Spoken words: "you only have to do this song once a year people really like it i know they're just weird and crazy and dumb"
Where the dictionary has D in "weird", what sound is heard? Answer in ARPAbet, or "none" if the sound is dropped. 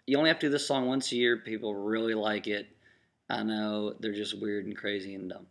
D